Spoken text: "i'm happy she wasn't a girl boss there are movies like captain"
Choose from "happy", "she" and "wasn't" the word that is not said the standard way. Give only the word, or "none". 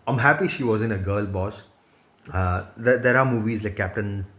wasn't